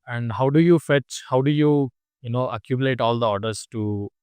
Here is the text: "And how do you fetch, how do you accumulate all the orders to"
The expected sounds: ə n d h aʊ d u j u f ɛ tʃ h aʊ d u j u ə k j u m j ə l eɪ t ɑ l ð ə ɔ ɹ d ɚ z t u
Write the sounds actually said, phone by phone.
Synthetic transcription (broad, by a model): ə n d h aʊ d u j u f ɛ tʃ h aʊ d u j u ə k j u m j ə l eɪ t ɑ l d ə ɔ ɹ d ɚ s t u